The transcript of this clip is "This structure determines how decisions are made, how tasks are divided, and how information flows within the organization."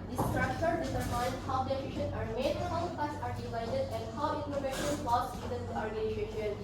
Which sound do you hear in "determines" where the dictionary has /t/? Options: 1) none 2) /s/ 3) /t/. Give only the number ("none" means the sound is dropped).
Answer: 2